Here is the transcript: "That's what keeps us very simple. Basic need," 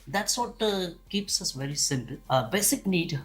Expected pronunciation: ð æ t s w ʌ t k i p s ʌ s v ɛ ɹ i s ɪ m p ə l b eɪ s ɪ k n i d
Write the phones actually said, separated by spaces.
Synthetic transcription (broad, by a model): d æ t s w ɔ t k i p s ʌ s v ɛ ɹ i s ɪ m p ə l b eɪ s ɪ k n i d